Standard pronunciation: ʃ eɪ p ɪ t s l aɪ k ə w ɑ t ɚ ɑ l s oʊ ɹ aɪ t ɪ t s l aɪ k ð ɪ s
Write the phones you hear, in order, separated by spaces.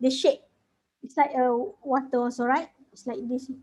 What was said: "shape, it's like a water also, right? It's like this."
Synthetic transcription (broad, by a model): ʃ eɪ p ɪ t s l aɪ k ə w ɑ t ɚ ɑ n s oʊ ɹ aɪ t ɪ t s l aɪ k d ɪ s